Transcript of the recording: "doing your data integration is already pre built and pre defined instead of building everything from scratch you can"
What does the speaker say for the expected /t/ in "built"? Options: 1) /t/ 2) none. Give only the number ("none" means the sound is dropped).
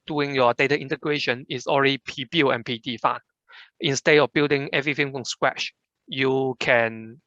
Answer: 2